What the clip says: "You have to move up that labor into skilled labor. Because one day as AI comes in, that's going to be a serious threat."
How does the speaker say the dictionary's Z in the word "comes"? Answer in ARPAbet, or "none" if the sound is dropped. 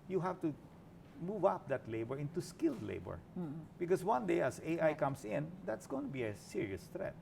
S